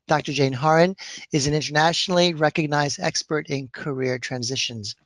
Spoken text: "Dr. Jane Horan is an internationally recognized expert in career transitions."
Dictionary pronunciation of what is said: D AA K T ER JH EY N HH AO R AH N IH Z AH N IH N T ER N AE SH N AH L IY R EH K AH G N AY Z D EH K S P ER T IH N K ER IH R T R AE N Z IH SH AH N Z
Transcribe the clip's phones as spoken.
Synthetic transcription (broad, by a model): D AA K T ER JH EY N HH AO R AH N IH Z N IH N T ER N AE SH N L IY R EH K AH G N AY Z D EH K S P ER T IH N K ER IH R T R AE N Z IH SH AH N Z